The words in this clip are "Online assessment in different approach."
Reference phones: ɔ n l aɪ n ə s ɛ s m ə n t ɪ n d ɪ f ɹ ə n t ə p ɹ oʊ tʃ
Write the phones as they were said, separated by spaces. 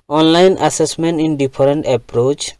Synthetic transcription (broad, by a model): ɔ n l aɪ n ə s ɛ s m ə n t ɪ n d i p ɹ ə n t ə p ɹ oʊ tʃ